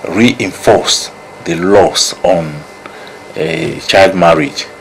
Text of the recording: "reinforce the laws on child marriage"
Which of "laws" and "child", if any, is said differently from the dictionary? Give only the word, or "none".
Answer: laws